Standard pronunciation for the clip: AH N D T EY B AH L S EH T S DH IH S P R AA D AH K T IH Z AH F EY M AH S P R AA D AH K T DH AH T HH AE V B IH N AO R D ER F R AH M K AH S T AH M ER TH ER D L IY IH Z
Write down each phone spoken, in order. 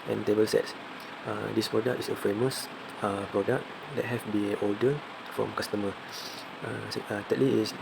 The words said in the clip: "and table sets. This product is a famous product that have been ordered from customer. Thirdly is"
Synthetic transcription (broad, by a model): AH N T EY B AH L S EH T S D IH S P R AA D AH K T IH S AH F EY M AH S P R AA D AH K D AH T HH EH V B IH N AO L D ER F R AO M K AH S T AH M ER T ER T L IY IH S